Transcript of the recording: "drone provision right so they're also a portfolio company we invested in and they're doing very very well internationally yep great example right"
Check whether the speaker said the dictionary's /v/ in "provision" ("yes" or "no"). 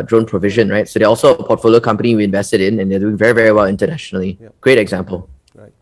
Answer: yes